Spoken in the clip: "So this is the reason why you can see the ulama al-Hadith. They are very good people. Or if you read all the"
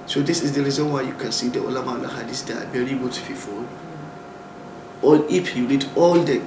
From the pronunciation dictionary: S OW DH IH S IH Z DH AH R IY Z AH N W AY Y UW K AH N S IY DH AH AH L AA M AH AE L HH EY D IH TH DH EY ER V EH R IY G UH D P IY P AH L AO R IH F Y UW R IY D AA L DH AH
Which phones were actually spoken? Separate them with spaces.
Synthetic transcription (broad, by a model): S OW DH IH S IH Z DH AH R IY Z AH N W AY Y UW K AH N S IY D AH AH L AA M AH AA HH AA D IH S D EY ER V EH R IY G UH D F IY F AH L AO L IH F Y UW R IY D AA L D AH